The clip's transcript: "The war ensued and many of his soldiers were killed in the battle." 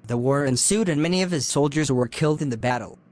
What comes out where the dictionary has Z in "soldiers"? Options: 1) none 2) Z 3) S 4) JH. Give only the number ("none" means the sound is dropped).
2